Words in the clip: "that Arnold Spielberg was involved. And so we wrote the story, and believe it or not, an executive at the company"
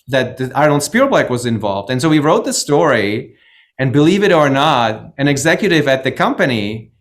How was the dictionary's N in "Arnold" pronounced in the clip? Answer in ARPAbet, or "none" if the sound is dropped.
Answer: none